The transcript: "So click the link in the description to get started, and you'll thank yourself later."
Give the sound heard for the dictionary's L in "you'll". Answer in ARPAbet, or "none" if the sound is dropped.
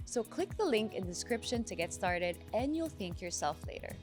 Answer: L